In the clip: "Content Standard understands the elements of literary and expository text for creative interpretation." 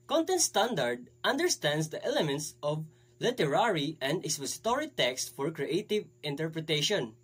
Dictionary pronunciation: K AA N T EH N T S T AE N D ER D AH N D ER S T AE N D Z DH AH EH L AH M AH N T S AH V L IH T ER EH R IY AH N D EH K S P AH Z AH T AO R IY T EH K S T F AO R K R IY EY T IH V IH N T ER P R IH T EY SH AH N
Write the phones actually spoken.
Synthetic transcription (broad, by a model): K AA N T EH N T S T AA N D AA D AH N D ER S T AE N D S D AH EH L AH M AH N T S AH V L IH T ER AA R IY AH N D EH S AH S T AO R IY T EH K S T F AO R K R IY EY T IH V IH N T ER P R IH T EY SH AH N